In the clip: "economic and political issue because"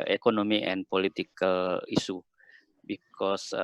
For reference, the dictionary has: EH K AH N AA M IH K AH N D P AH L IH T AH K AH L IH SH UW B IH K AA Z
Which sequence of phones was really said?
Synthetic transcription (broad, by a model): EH K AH N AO M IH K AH N P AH L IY T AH K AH L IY S UW B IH K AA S